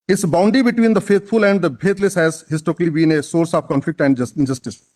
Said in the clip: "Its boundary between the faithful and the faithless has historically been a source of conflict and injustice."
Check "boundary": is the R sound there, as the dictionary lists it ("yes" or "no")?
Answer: no